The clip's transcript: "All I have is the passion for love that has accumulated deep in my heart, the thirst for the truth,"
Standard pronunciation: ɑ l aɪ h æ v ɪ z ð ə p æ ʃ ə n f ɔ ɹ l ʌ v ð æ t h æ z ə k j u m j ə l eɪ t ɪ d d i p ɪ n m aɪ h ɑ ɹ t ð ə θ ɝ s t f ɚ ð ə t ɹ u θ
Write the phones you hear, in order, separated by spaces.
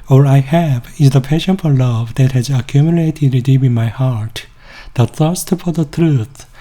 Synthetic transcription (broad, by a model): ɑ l aɪ h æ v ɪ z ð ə p æ ʃ ə n f ɔ ɹ l ʌ v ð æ t h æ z ə k j u m j ə l eɪ t ɪ d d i b ɪ n m aɪ h ɑ ɹ t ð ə θ ɝ s t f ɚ ð ə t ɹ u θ